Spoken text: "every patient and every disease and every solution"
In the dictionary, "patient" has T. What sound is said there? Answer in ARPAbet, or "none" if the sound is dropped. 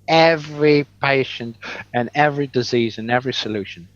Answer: T